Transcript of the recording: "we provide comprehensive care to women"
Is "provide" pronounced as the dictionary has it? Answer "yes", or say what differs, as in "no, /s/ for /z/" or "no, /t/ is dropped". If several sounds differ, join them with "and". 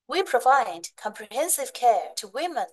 yes